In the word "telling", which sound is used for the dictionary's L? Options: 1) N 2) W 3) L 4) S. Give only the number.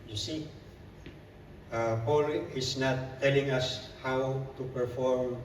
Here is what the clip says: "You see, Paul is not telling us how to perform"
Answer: 3